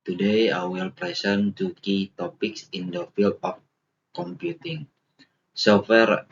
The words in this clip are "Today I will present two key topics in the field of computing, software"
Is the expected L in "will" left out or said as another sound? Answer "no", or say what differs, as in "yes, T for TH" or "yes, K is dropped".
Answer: no